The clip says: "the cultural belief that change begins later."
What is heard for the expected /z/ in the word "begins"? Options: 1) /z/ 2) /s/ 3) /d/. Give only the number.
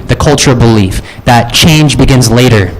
1